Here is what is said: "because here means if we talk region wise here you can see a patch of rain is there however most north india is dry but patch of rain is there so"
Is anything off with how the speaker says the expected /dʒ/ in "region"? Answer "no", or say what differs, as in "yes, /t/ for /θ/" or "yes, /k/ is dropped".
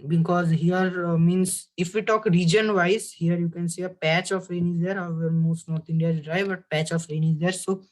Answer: no